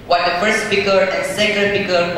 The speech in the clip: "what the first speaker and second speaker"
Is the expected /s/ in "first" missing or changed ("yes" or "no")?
no